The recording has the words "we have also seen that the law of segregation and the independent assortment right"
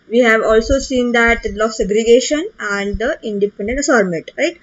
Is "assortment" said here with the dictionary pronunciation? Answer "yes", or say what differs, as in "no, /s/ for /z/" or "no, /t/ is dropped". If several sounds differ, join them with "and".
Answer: no, /n/ is dropped